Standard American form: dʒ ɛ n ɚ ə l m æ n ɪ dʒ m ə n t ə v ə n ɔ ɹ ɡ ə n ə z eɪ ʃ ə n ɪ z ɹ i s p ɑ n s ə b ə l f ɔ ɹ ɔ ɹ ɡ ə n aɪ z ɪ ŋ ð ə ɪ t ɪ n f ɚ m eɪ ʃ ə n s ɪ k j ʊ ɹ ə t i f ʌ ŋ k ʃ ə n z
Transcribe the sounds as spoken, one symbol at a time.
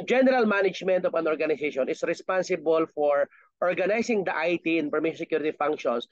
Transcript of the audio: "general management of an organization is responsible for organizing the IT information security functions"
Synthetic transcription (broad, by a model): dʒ ɛ n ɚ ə l m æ n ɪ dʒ m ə n t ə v ə n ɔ ɹ ɡ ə n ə s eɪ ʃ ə n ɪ s ɹ i s p ɑ n s ə b ə l f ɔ ɹ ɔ ɹ ɡ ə n aɪ s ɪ ŋ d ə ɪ t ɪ n p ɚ m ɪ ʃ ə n s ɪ k j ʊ ɹ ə t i f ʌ ŋ k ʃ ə n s